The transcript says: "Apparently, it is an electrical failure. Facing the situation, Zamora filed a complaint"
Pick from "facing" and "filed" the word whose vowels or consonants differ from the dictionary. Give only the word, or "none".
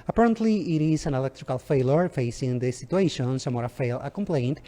filed